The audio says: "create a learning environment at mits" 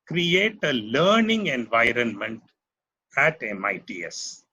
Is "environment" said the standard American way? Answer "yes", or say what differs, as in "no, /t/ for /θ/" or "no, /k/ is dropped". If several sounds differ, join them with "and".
yes